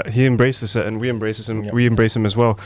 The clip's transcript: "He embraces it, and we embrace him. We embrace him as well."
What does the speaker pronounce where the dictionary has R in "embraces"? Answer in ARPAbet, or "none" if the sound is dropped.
R